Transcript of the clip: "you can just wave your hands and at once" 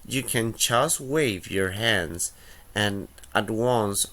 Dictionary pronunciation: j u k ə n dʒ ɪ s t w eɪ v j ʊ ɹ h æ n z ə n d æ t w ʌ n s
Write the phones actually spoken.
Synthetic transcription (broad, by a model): j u k ə n tʃ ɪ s w eɪ v j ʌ ɹ h æ n z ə n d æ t w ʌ n s